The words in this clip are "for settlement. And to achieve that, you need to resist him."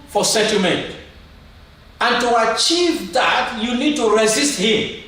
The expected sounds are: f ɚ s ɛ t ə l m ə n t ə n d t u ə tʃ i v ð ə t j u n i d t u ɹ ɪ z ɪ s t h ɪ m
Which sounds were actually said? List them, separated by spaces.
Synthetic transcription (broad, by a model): f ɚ s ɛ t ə m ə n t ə n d t u ə tʃ i v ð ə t j u n i d t u ɹ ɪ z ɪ s t h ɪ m